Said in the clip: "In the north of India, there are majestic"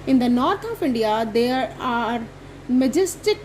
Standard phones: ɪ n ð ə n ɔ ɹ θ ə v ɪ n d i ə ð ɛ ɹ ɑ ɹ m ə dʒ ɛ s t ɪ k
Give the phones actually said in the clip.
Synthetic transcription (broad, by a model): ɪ n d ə n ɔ ɹ t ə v ɪ n d i ə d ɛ ɹ ɑ ɹ m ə dʒ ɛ s t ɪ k